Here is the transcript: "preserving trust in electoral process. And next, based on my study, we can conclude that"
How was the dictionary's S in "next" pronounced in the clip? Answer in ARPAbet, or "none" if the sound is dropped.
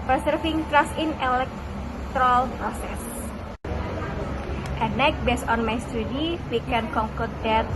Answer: none